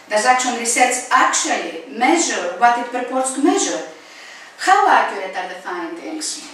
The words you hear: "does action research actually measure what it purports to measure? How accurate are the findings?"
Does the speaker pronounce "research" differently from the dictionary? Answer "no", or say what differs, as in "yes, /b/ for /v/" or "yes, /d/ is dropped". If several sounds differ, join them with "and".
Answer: yes, /s/ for /tʃ/